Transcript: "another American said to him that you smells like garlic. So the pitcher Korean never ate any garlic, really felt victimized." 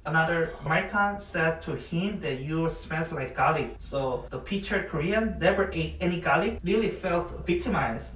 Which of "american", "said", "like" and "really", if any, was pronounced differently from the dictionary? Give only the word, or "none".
none